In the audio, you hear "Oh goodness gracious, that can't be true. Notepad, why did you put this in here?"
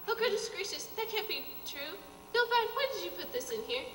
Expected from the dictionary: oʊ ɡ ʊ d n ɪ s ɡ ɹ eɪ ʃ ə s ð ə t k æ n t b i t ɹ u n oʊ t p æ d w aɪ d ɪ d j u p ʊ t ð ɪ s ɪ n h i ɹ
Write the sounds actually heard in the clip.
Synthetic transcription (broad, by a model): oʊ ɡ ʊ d ɪ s ɡ ɹ eɪ ʃ ə s ð ə t k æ n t b i t ɹ u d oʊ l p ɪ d w aɪ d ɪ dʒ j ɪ p ʊ t ð ɪ s ɪ n h i ɹ